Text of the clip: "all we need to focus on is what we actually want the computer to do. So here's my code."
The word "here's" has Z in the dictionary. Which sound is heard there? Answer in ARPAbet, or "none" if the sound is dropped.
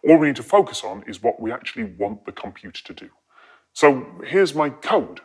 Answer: Z